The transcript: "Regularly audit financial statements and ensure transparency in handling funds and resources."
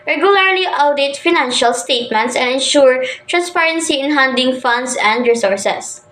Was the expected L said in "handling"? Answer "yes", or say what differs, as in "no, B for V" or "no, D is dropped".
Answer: no, L is dropped